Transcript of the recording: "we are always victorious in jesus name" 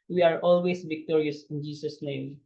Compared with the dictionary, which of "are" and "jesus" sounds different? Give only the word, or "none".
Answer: jesus